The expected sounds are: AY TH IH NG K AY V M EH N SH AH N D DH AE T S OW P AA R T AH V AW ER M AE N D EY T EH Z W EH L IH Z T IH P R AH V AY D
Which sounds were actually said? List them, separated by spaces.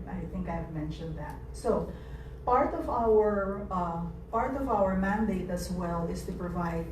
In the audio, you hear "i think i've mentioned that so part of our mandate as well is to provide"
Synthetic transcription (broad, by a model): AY TH IH NG K AY V M EH N SH AH N D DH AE T S OW P AA R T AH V AW ER M AE N D EY T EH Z W EH L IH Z T IH P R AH V AY D